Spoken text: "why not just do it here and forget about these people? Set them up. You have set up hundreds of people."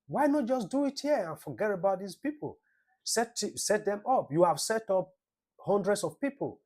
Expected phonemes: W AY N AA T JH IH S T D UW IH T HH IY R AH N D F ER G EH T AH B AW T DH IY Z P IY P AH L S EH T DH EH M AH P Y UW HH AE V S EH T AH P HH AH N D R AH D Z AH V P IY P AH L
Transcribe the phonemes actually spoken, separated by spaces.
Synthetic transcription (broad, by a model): W AY N AA T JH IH S D UW IH T HH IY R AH N F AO G EH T AH B AW T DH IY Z P IY P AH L S EH T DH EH M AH P Y UW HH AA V S EH T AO P HH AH N D R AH D S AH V P IY P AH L